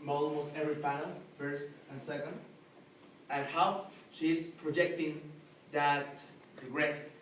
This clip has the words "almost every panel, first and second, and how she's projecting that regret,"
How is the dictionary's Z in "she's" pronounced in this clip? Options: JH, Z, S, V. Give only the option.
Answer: S